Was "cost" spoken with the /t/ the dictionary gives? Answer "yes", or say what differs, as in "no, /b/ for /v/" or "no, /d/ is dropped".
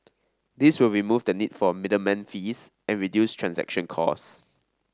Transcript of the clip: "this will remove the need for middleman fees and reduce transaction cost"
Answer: no, /t/ is dropped